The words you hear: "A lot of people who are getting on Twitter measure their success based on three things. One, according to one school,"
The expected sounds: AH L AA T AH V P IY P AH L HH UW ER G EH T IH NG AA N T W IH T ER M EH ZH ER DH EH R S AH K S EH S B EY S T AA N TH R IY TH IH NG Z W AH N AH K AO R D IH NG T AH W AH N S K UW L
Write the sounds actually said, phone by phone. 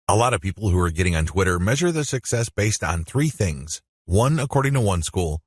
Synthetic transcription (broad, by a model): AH L AA T AH V P IY P L HH UW ER G EH T IH NG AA N T W IH T ER M EH ZH ER DH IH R S AH K S EH S B EY S T N TH R IY TH IH NG Z W AH N AH K AO R D IH NG T AH W AH N S K UW L